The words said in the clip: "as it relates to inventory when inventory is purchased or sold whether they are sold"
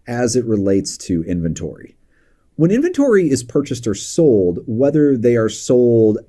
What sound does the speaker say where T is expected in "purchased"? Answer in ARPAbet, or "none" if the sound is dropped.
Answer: T